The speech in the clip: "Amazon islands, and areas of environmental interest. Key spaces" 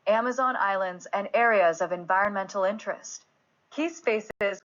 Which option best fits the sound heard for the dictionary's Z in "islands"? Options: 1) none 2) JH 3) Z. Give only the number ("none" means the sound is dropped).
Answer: 3